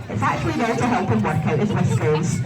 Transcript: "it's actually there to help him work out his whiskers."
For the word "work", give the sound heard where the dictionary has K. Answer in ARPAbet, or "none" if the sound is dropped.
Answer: K